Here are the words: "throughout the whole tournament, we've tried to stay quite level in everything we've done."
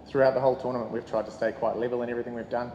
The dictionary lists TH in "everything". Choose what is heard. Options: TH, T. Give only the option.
TH